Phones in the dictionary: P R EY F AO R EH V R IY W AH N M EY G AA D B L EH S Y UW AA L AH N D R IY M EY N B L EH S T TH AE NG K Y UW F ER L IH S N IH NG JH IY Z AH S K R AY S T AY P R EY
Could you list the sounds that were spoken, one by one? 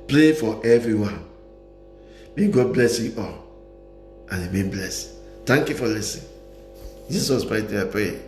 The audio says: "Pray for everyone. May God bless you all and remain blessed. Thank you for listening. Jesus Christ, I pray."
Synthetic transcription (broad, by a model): P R EY F AO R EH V R IY W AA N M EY G AA D B L EH S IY AA L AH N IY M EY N B L EH S T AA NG K Y UW F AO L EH S IH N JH IY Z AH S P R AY T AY P R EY